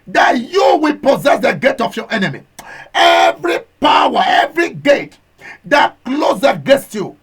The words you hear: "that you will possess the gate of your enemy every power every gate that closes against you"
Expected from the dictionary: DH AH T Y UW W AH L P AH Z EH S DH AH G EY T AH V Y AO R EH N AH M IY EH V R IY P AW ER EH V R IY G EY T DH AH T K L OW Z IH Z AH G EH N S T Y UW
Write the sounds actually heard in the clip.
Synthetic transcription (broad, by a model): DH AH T Y UW W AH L P AH Z EH S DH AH G EY T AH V Y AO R EH N AH M IY EH V R IY P AW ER EH V R IY G EY T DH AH T K L OW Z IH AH G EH N S T Y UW